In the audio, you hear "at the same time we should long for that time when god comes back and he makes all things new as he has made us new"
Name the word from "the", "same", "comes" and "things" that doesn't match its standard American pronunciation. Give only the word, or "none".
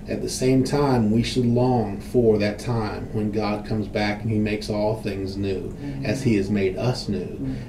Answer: none